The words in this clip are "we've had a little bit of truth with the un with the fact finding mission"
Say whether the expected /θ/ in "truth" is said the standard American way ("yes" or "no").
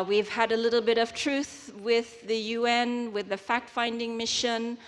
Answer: yes